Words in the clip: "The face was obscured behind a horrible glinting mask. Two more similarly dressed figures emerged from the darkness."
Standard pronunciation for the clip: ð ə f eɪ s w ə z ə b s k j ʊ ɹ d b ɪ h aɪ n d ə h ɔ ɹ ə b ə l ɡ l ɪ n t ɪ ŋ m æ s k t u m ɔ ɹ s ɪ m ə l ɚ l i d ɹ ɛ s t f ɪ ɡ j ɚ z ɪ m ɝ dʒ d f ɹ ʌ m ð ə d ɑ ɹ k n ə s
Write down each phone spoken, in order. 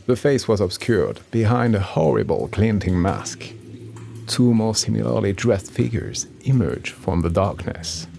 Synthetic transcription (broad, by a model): ð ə f eɪ s w ə z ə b s k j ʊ ɹ d b ɪ h aɪ n d ə h ɔ ɹ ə b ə l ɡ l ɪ n t ɪ ŋ m æ s k t u m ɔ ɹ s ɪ m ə l ɚ l i d ɹ ɛ s t f ɪ ɡ j ɚ z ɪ m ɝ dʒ f ɹ ʌ m ð ə d ɑ ɹ k n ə s